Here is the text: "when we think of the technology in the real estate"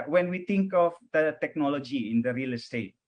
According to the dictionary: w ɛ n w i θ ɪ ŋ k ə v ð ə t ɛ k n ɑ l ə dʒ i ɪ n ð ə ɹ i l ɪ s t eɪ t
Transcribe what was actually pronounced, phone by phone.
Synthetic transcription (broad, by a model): w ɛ n w i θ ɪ ŋ k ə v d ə t ɛ k n ɑ l ə dʒ i ɪ n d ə ɹ i l s t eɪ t